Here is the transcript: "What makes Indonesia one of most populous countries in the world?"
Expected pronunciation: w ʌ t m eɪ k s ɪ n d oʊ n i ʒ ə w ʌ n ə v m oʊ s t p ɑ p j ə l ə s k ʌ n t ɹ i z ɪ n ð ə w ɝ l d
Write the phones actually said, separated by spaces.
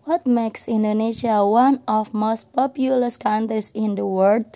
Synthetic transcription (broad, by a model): w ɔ t m eɪ k s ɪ n d oʊ n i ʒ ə w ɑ n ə f m oʊ s t p ɑ p j ə l ə s k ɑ n t ɹ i s ɪ n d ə w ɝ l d